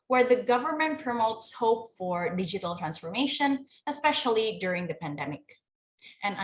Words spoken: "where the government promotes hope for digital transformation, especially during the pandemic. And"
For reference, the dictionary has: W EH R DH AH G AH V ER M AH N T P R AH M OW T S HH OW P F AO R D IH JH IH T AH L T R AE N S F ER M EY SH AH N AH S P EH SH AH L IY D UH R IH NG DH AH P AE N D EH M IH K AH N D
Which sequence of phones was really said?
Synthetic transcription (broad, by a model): W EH R DH AH G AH V ER M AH N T P R AH M OW T S HH OW P F AO R D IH JH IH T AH L T R AE N S F ER M EY SH AH N AH S P EH SH AH L IY D UH R IH NG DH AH P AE N D EH M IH K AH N